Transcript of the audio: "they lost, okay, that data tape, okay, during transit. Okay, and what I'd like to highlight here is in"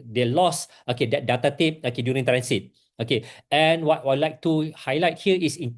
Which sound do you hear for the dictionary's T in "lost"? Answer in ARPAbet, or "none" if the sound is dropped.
none